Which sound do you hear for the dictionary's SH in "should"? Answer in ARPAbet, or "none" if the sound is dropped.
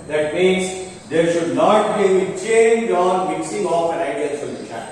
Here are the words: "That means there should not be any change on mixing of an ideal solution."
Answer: SH